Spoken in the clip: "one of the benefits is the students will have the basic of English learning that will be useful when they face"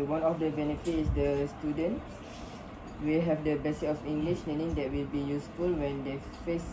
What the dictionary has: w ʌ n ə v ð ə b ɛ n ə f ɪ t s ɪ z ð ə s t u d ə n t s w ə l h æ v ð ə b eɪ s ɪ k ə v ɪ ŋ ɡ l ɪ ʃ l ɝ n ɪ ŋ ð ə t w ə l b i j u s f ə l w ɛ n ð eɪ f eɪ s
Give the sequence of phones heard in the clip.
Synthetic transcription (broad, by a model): w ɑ n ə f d ə b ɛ n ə f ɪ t ɪ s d ə s t u d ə n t s w ə l h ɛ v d ə b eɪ s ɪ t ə f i ŋ ɡ l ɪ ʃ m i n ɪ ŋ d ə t w ə l b i j u s f ə l w ɛ n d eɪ f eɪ s